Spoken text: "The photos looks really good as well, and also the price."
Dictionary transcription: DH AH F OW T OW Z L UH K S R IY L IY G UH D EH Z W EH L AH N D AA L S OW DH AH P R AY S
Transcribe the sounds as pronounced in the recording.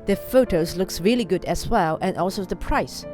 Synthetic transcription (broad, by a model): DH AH F OW T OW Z L UH K S R IY L IY G UH D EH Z W EH L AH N AA L S OW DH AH P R AY S